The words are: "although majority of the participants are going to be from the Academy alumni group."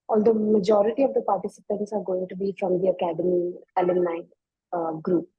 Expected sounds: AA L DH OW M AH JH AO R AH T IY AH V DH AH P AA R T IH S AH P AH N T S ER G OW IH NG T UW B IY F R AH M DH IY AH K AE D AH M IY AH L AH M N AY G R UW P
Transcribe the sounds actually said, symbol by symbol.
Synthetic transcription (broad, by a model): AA L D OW M AH JH AO R AH T IY AH V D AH P AA R T IH S AH P AH N T S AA G OW IH NG T UW B IY F R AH M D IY AH K AE D AH M IY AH L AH N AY G R UW P